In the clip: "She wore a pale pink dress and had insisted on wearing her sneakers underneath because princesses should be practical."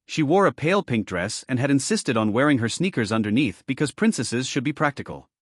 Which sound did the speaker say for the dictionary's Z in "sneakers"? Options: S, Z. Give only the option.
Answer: Z